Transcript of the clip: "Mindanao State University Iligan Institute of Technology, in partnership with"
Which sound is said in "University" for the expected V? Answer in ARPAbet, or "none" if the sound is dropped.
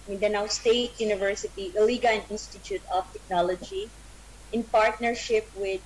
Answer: V